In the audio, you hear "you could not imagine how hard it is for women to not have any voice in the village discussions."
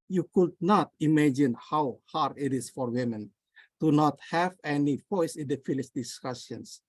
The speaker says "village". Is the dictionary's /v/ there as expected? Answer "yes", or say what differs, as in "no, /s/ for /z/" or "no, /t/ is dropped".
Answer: no, /f/ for /v/